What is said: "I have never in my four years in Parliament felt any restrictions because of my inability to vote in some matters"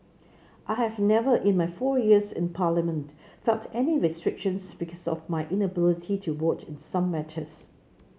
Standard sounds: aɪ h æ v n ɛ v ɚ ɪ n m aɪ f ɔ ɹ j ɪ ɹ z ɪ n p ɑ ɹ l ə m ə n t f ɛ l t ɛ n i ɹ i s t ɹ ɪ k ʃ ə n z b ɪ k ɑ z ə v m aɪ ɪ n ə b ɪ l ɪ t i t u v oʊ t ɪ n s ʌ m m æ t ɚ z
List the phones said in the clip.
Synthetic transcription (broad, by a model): aɪ h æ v n ɛ v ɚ ɪ n m aɪ f ɔ j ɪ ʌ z ɪ n p ɑ l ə m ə n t f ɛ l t ɛ n i ɹ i s t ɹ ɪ k ʃ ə n s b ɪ k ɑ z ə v m aɪ ɪ n ə b ɪ l ɪ t i t u w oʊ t ɪ n s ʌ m m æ t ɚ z